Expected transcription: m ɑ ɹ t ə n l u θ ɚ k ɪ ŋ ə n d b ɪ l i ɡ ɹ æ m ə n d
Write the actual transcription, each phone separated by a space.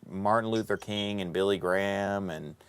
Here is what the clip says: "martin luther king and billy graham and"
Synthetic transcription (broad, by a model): m ɑ ɹ t n l u θ ɚ k ɪ ŋ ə n b ɪ l i ɡ ɹ æ m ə n